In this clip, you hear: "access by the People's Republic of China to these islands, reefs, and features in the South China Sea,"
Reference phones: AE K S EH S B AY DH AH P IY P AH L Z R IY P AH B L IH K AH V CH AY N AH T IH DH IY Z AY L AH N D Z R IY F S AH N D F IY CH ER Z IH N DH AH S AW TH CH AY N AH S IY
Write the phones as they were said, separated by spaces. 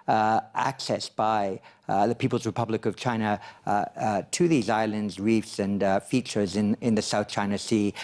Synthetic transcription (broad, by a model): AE K S EH S B AY DH AH P IY P L Z R IY P AH B L IH K AH V CH AY N AH T IH DH IY Z AY L AH N D Z R IY F S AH N F IY CH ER Z IH N DH AH S AW TH CH AY N AH S IY